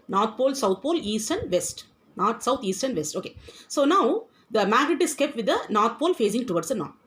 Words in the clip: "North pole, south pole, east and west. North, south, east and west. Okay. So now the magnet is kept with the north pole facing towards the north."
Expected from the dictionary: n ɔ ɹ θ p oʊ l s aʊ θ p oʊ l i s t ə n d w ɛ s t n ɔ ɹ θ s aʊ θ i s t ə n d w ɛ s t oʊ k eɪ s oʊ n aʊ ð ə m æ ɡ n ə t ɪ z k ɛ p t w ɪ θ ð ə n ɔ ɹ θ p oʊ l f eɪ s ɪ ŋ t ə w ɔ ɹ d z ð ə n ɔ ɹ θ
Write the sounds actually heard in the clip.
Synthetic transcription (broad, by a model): n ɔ ɹ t p oʊ l s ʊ t p oʊ l i s t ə n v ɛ s t n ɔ ɹ t s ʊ t i s t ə n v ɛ s t oʊ k eɪ s oʊ n aʊ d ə m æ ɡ ə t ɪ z k ɛ p t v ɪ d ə n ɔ ɹ t p oʊ l f eɪ s ɪ ŋ t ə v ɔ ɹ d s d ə n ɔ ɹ